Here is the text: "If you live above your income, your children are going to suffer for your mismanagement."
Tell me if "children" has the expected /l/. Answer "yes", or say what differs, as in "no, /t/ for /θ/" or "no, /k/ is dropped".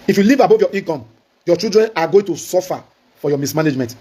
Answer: no, /l/ is dropped